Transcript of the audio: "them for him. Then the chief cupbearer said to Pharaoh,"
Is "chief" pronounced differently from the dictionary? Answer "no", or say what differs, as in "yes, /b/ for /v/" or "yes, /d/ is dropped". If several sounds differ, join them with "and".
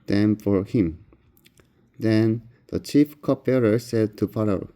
no